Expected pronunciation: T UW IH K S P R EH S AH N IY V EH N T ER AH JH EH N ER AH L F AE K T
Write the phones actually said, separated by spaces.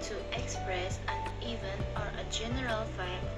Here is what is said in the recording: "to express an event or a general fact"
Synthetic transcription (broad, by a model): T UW IH K S P R EH S AH N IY V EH N ER AH JH EH N ER AH L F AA